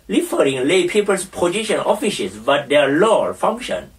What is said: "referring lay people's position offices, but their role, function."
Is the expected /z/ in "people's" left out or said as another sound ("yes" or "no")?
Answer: yes